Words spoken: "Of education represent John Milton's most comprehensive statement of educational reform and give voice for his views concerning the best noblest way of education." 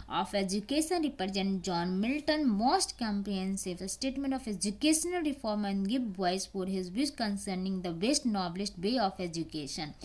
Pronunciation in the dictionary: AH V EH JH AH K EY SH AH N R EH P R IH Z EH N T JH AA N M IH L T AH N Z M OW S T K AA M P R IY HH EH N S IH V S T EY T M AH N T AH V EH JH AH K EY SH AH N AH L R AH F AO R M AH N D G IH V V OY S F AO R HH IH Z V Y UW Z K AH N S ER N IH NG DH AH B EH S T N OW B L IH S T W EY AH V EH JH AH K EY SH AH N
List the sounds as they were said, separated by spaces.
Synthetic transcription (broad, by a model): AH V EH JH AH K EY SH AH N R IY P R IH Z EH N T JH AA N M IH L T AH N M OW S T K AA M P IY N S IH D S T EY T M AH N T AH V EH JH AH K EY SH AH N AH L R AH F AO R M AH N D G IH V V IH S F AO R HH IH Z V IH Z K AH N S ER N IH NG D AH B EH S T N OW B L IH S T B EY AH F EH JH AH K EY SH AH N